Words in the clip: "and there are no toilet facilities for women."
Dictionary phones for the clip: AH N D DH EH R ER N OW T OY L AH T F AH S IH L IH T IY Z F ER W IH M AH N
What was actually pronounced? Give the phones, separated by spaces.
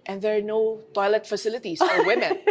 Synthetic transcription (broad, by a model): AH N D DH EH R N OW T OY L AH T F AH S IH L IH T IY S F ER W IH M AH N